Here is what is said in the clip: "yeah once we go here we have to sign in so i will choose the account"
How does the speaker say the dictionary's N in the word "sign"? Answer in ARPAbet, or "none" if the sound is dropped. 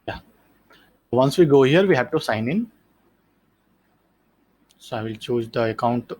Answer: N